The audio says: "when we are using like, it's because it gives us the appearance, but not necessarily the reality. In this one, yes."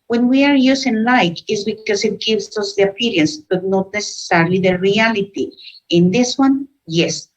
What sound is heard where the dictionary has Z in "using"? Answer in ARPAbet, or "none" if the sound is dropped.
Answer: S